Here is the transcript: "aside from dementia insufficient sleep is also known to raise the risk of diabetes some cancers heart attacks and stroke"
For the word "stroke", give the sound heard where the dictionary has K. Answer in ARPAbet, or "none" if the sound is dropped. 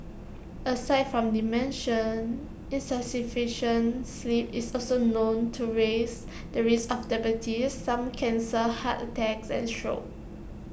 none